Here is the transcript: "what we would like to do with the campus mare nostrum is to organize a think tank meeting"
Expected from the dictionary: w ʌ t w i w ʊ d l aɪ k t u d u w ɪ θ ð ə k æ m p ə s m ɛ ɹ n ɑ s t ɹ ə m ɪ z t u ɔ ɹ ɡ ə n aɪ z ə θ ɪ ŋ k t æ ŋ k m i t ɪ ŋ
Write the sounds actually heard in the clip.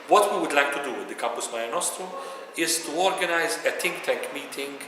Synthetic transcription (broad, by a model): w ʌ t w i w ʊ d l aɪ k t u d u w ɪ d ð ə k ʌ m p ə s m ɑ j n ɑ s t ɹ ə ɪ z t u ɔ ɹ ɡ ə n aɪ z ə t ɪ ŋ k t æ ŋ k m i t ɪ ŋ